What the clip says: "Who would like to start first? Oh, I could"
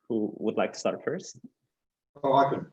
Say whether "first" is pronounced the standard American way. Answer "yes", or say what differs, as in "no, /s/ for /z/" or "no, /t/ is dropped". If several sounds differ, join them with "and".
no, /t/ is dropped